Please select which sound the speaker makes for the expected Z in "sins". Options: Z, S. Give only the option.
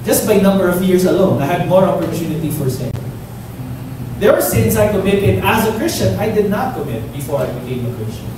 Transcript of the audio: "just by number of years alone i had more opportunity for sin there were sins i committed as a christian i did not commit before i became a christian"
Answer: S